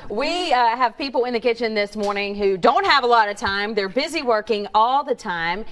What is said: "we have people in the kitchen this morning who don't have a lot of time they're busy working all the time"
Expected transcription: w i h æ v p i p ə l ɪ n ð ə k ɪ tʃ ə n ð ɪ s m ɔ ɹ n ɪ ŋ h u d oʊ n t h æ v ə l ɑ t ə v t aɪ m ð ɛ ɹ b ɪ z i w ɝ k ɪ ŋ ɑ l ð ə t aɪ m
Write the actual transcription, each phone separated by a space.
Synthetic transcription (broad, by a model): w i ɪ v p i p l ɪ n ð ə k ɪ tʃ ə n ð ɪ s m ɔ ɹ n ɪ ŋ h u d oʊ n t h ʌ v ə l ɑ t ə v t aɪ m ð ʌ ɹ b ɪ z i w ɝ k ɪ ŋ ɑ l ð ə t aɪ m